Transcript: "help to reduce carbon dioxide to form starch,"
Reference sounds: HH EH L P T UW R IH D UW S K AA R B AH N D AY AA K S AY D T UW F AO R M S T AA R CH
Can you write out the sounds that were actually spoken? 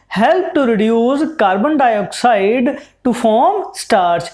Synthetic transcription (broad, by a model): HH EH L P T UW R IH D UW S K AA R B AH N D AY AA K S AY D T UW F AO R M S T AA R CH